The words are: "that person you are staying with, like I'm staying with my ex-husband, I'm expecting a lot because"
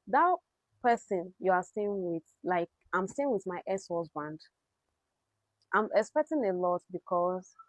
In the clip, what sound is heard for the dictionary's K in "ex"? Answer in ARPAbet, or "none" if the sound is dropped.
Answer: none